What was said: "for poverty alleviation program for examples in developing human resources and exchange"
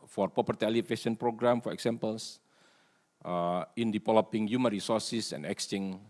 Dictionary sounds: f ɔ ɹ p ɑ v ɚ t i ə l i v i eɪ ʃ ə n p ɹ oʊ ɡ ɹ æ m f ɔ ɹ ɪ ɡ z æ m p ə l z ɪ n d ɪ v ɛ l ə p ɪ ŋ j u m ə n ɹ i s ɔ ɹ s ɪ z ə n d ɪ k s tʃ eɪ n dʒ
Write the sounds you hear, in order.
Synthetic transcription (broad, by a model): f ɔ ɹ p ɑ p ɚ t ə l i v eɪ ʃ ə n p ɹ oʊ ɡ ɹ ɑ m f ɔ ɹ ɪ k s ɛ m p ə l s ɪ n d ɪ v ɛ l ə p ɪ ŋ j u m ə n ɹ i s ɔ ɹ s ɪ s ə n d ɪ k s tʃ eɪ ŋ